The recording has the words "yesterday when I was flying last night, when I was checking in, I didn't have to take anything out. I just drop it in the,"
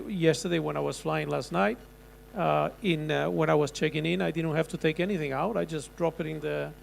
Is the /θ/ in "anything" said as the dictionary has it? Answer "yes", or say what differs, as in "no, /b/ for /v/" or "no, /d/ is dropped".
yes